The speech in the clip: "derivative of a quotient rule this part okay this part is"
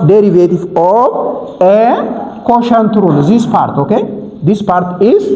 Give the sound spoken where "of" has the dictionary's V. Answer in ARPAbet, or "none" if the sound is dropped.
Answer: B